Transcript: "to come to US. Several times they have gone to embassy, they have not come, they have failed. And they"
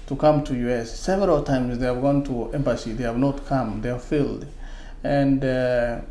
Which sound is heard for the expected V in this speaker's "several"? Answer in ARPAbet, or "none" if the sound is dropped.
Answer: V